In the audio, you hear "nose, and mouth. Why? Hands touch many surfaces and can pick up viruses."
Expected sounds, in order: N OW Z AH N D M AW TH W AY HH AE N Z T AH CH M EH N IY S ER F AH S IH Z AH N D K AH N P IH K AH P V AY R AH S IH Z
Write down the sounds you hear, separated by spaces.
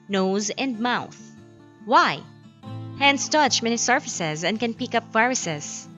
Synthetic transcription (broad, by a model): N OW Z AH N D M AW TH W AY HH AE N S T AH CH M EH N IY S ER F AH S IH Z AH N D K AH N P IH K AH P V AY R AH S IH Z